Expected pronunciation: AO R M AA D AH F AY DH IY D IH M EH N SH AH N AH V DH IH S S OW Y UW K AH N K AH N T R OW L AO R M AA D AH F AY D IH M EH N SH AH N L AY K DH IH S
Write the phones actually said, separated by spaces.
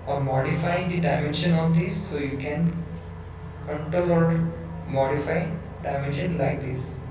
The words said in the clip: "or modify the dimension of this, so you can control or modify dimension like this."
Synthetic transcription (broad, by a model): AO R M AA D AH F AY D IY D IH M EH N SH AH N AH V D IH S S OW Y UW K AH N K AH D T OW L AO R M AA D AH F AY D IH M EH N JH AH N L AY K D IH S